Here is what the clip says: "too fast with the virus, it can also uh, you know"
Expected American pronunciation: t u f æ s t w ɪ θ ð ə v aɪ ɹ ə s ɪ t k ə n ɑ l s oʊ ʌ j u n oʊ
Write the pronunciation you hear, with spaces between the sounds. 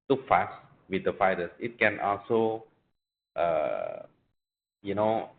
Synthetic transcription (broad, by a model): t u f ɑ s t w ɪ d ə f aɪ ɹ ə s ɪ t k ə n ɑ l s oʊ ʌ j u n oʊ